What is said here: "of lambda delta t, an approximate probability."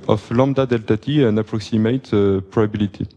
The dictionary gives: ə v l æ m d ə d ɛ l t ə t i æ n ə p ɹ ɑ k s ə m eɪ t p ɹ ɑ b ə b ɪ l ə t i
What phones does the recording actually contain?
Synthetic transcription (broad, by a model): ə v l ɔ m d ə d ɛ l t ə t i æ n ə p ɹ ɑ k s ə m eɪ t p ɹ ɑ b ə b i l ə t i